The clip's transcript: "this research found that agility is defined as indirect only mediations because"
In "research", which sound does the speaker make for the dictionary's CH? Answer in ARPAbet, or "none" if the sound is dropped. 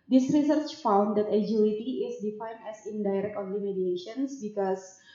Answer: CH